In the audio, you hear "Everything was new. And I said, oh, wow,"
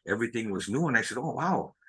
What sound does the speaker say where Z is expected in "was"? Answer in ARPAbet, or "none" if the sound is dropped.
Z